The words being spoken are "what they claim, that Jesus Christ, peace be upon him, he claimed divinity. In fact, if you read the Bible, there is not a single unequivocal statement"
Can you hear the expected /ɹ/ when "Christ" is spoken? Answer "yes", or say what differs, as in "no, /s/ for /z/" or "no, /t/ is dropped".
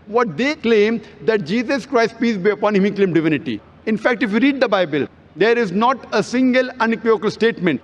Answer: yes